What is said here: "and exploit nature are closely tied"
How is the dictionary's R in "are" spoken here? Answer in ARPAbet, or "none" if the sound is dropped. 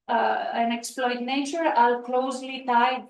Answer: L